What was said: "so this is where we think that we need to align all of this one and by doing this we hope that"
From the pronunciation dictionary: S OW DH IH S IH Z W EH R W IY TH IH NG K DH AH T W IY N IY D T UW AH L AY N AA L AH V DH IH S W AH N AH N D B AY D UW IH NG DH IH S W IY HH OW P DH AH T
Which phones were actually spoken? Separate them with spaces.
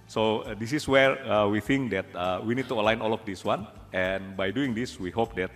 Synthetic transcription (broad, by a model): S OW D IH S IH S W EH R W IY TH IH NG K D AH T W IY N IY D T UW AH L AY N AA L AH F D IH S W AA N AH N B AY D UW IH NG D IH S W IY HH OW P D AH T